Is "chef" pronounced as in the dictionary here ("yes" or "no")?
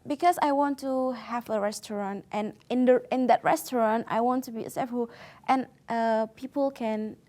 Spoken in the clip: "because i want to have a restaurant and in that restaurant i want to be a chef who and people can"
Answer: no